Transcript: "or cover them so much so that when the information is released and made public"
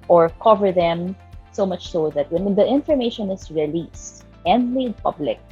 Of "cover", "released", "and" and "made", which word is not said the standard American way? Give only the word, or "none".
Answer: none